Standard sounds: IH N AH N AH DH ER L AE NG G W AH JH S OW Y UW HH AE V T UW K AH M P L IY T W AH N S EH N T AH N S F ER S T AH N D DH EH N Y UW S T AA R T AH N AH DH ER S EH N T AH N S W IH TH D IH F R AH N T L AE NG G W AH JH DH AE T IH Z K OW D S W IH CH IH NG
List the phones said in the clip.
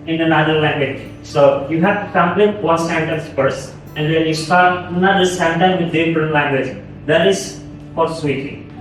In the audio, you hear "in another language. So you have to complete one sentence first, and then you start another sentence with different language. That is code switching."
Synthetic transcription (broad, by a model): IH N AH N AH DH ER L AE NG G W AH JH S OW Y UW HH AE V T UW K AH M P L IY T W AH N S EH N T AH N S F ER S AH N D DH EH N Y UW S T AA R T N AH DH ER S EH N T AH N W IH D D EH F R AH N L AE NG G W AH JH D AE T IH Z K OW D S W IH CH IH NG